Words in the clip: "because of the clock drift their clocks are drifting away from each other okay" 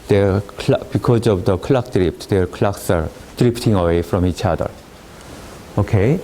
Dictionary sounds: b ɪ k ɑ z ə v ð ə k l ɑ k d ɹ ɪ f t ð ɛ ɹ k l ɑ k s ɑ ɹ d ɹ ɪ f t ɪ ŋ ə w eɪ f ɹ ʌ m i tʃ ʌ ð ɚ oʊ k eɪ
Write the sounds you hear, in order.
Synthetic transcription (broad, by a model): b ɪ k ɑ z ə v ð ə k l ɑ k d ɹ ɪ p t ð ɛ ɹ k l ɑ k s ɑ ɹ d ɹ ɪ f t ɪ ŋ ə w eɪ f ɹ ʌ m i tʃ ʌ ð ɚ oʊ k eɪ